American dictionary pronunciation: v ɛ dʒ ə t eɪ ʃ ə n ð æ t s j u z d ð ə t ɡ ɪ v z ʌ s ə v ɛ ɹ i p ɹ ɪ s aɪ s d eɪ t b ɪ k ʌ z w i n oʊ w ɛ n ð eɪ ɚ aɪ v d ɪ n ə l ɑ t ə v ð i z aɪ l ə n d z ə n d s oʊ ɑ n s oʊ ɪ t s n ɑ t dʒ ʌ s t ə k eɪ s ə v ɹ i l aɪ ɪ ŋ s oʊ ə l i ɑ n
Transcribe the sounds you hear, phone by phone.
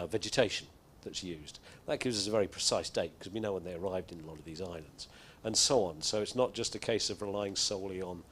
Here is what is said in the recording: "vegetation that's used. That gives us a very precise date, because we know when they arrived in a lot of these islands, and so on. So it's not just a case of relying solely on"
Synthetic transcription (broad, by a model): v ɛ dʒ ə t eɪ ʃ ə n ð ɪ t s j u z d ð ə t ɡ ɪ v z ʌ s ə v ɛ ɹ i p ɹ ɪ s aɪ s d eɪ t k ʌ z w i n oʊ w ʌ n ð eɪ ɚ aɪ v d ɪ n ə l ɑ t ə v ð i z aɪ l ə n d z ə n s oʊ ɑ n s oʊ ɪ t s n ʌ t dʒ ʌ s t ə k eɪ s ə v ɹ i l aɪ ɪ ŋ s oʊ ə l i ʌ n